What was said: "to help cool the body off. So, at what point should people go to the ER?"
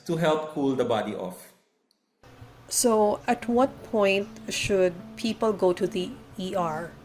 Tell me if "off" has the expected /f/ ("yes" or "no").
yes